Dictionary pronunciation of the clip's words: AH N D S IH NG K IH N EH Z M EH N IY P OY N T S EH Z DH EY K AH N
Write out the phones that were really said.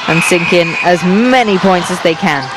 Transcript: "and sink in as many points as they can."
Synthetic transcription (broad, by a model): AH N S IH NG K IH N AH Z M EH N IY P OY N T S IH Z DH EY K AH N